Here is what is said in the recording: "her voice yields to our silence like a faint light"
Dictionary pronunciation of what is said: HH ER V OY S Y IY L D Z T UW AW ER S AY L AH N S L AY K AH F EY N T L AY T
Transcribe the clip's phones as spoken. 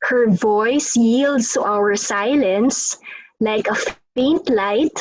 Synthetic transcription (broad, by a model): HH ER V OY S Y IY L D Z T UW AW ER S AY L AH N S L AY K AH F EY N T L AY T